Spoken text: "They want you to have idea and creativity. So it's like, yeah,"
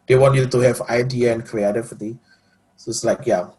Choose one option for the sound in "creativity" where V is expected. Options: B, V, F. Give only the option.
F